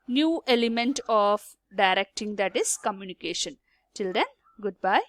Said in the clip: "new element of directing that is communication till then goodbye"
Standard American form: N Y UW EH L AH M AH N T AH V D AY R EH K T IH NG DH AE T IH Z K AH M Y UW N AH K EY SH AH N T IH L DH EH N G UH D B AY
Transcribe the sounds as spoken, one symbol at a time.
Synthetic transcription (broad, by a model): N Y UW EH L AH M AH N T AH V D AY R EH K T IH NG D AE T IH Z K AH M Y UW N AH K EY SH AH N T IH L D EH N G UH D B AY